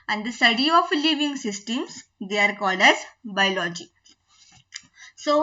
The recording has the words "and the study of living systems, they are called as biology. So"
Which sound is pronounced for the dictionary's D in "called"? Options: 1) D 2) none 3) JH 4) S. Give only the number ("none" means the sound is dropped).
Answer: 1